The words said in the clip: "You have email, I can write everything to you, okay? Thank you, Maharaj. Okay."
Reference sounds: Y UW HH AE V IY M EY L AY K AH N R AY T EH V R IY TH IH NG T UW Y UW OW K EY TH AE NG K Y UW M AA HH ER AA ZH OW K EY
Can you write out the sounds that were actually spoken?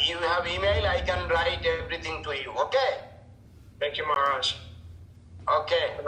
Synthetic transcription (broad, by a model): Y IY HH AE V IY M EY L AY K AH N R AY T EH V R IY T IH NG T UW Y UW OW K EY T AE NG K Y UW M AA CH OW K EY